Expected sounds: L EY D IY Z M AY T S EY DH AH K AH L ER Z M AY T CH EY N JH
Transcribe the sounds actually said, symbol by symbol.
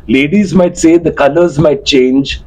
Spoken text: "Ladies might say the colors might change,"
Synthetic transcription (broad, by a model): L EY D IY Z M AY T S EY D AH K AH L ER Z M AY T CH EY N JH